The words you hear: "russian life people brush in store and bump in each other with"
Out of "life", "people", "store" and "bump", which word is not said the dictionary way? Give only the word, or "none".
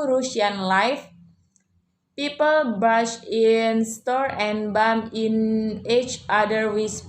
bump